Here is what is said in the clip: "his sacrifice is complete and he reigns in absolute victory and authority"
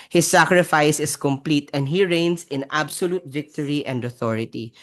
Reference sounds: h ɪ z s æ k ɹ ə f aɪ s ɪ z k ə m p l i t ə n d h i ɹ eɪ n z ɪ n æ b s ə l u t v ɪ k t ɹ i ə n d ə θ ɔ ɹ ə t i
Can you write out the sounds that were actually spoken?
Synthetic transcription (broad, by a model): h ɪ s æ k ɹ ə f aɪ s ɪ s k ə m p l i t ə n d h i ɹ eɪ n s ɪ n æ b s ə l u t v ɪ k t ɹ i ə n d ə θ ɔ ɹ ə t i